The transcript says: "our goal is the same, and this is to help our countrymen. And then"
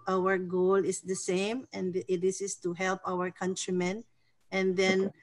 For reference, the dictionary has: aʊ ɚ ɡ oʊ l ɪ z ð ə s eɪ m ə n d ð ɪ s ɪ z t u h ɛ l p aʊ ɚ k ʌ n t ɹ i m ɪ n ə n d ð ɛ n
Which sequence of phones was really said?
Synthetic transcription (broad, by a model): aʊ ɚ ɡ oʊ l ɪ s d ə s eɪ m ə n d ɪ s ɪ s t u h ɛ l p aʊ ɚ k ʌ n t ɹ i m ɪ n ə n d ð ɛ n